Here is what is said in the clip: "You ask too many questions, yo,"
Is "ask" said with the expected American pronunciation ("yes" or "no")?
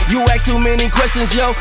no